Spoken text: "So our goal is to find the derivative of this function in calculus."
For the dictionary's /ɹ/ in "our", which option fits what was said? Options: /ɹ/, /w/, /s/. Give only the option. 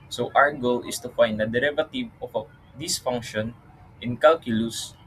/w/